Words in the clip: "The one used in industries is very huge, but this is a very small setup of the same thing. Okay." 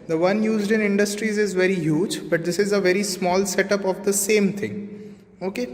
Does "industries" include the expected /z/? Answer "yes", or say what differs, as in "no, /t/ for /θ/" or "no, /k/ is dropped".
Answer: yes